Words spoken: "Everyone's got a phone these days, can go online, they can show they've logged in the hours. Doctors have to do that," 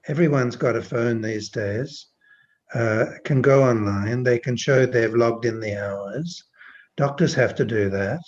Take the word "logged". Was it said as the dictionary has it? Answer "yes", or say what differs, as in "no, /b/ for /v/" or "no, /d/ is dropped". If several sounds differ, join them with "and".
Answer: yes